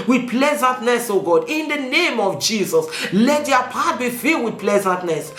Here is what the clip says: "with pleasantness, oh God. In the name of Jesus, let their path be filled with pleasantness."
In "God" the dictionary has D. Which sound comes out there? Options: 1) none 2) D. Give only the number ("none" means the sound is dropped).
2